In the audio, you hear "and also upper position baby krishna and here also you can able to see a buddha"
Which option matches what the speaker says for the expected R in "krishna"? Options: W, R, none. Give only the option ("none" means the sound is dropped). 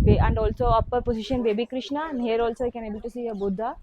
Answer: R